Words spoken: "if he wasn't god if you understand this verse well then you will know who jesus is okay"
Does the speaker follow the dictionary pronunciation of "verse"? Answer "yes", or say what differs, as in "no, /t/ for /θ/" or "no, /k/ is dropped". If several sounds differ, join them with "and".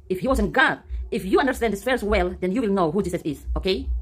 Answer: no, /f/ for /v/